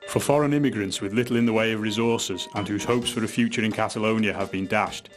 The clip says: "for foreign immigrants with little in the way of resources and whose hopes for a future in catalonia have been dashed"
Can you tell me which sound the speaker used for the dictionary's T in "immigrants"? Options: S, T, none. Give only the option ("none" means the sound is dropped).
T